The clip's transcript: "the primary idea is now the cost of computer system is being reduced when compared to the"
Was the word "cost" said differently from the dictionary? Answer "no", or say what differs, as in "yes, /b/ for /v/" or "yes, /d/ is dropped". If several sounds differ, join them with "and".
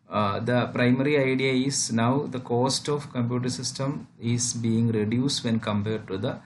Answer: no